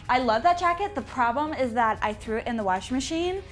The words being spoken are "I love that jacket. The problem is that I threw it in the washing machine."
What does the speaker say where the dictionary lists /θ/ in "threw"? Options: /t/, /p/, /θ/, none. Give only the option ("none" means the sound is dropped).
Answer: /θ/